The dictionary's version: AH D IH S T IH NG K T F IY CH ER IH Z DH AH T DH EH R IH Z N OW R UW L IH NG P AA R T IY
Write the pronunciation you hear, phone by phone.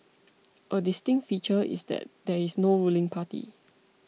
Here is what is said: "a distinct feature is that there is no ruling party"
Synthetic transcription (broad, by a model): AH D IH S T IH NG T F IY CH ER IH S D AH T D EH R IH S N OW R UW L IH NG P AA T IY